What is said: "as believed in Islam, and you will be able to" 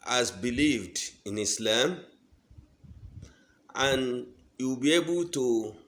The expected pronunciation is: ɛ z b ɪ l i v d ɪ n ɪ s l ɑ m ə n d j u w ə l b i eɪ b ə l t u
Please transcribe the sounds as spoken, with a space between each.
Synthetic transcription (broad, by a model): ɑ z b ɪ l i v d ɪ n ɪ s l ɑ m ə n j u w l b i eɪ b ə l t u